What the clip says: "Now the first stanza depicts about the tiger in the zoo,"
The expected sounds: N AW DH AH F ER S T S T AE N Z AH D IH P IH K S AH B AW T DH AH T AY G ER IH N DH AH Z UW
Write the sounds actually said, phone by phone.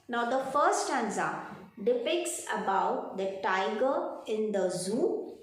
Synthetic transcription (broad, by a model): N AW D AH F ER T S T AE N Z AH D IH P IH K S AH B AW T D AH T AY G ER IH N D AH Z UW